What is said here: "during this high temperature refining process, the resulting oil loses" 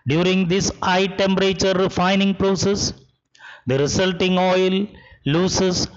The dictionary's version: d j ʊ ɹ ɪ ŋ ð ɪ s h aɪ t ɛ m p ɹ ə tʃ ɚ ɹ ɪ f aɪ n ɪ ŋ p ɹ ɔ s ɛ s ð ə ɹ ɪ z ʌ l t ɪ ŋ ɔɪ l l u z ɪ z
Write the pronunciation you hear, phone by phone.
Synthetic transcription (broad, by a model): d j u ɹ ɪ ŋ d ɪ s aɪ t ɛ m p ɹ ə tʃ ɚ ɹ ɪ f aɪ n ɪ ŋ p ɹ ɔ s ɛ s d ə ɹ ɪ s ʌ l t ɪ ŋ ɔɪ l l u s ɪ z